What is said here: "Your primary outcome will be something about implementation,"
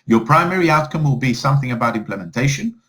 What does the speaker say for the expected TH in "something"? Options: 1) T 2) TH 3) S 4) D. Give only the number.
2